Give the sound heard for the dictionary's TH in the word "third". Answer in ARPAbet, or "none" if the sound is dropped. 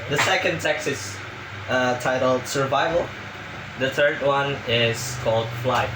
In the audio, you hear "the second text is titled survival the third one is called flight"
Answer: TH